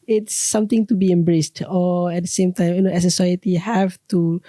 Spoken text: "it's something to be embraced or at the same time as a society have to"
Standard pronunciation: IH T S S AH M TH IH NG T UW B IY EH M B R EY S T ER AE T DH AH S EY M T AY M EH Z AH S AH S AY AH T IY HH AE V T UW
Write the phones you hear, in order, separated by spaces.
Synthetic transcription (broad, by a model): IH T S S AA M T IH NG T UW B IY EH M B R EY S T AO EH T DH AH S EY M T AY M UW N AH S AH S AY AH T IY HH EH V T UW